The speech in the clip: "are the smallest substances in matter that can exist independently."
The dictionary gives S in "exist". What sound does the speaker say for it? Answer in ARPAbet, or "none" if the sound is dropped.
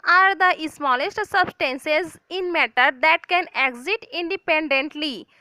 none